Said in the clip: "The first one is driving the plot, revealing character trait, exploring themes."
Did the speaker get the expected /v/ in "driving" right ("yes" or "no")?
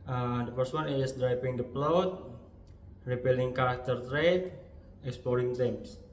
no